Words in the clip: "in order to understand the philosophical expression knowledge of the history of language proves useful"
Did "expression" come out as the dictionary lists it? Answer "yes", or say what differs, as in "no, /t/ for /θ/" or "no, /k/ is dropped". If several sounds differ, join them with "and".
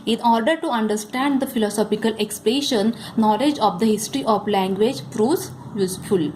no, /l/ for /ɹ/